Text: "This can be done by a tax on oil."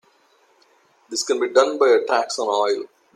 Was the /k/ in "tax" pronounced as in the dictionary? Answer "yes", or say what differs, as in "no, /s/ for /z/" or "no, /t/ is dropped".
yes